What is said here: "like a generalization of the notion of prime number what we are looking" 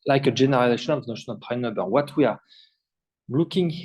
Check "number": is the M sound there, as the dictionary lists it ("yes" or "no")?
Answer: no